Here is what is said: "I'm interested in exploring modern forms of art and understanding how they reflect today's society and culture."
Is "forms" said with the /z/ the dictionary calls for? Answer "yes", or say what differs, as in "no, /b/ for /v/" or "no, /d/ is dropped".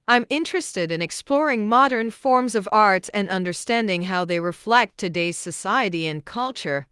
yes